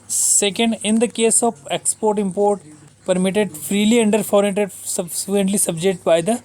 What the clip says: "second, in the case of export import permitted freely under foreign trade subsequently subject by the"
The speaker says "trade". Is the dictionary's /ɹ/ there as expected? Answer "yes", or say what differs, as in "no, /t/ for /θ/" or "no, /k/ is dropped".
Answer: no, /ɹ/ is dropped